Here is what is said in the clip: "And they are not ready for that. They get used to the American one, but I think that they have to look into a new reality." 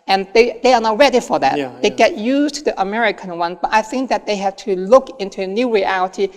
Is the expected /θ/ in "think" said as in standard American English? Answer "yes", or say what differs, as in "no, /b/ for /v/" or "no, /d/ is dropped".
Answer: yes